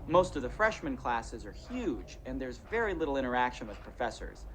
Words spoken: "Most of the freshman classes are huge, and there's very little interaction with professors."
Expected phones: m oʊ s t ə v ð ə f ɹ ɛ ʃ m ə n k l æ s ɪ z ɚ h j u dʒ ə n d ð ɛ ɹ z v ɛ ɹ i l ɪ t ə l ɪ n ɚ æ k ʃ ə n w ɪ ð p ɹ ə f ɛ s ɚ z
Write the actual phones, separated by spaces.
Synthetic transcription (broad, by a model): m oʊ s t ə v ð ə f ɹ ɛ ʃ m ə n k l æ s ɪ z ɚ h j u dʒ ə n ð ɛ ɹ z v ɛ ɹ i l ɪ t l ɪ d ɚ æ k ʃ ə n w ɪ ð p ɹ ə f ɛ s ɚ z